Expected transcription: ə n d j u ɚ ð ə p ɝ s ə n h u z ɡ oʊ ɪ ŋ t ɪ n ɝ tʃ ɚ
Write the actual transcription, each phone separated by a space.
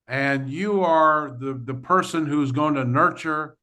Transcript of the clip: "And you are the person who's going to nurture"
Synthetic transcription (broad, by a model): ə n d j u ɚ ð ə p ɝ s ə n h u z ɡ oʊ ɪ ŋ t ɪ n ɝ tʃ ɚ